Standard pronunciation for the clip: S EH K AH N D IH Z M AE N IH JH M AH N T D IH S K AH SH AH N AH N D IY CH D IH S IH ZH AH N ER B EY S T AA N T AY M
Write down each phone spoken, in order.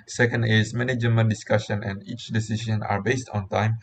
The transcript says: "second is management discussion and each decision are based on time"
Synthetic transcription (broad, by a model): S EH K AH N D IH S M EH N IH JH M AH N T D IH S K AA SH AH N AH N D IY CH D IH S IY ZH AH N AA B EY S T AA N T AY M